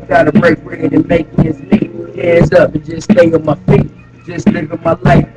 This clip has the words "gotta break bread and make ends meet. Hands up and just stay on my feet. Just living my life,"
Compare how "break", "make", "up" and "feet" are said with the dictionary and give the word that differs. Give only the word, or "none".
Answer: none